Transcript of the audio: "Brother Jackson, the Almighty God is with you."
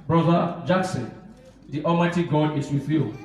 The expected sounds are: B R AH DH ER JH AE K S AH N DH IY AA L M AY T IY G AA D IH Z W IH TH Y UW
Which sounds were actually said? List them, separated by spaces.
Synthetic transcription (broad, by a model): B R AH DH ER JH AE K S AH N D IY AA M AY T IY G AA D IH S W IH TH Y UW